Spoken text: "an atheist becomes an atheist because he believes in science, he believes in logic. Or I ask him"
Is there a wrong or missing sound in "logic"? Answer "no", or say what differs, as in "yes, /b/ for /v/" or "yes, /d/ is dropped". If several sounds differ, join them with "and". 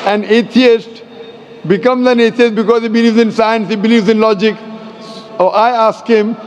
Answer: no